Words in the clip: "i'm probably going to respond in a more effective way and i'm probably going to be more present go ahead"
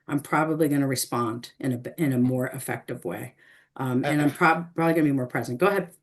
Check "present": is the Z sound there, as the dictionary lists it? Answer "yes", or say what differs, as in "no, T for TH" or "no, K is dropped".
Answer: yes